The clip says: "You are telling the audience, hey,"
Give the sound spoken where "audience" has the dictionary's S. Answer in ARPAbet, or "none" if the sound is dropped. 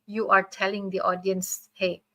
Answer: S